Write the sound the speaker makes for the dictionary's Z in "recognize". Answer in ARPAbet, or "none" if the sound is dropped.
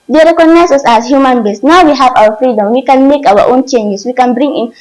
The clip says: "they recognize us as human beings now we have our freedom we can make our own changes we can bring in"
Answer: S